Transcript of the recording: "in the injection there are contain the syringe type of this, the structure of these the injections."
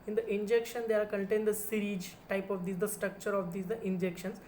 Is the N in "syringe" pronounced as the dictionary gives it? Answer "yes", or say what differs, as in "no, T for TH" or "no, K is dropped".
no, N is dropped